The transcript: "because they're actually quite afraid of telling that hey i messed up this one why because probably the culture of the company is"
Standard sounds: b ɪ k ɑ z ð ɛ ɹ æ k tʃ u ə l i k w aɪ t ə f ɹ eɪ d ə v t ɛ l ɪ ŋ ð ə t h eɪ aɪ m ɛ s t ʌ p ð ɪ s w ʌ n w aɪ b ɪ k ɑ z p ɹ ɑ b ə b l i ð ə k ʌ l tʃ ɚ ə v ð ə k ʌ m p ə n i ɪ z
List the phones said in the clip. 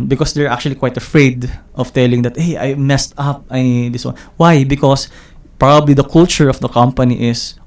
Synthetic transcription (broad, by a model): b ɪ k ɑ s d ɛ ɹ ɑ k tʃ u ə l i k w aɪ t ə f ɹ eɪ d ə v t ɛ l ɪ ŋ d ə t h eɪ aɪ m ɛ s t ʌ p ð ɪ s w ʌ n w aɪ b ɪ k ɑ s p ɹ ɑ b ə b l i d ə k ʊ l tʃ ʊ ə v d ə k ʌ m p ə n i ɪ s